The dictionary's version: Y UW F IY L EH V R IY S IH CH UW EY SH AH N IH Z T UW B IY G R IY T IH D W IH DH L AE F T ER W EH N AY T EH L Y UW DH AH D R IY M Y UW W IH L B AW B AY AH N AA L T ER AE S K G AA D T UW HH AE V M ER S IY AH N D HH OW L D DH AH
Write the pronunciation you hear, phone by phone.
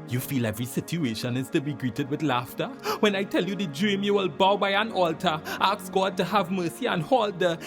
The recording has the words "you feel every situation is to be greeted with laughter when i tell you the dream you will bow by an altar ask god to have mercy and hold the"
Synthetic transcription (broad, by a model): Y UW F IY L EH V R IY S IH CH UW EY SH AH N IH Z T UW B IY G R IY T IH D W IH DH L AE F T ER W EH N AY T EH L Y UW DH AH D R IY M Y UW W IH L B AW B AY AH N AA L T ER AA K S G AA D T UW HH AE V M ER S IY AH N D HH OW L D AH